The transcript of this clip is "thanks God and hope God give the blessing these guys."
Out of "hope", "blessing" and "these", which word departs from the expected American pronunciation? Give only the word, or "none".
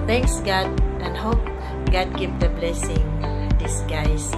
these